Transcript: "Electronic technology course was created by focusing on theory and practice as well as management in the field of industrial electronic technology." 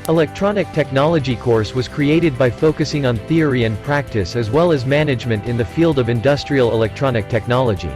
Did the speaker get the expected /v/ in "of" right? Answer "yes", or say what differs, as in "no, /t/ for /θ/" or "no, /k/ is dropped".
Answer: yes